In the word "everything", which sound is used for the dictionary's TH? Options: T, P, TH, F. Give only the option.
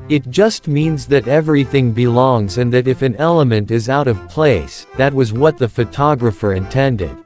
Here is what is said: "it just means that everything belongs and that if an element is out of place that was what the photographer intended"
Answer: TH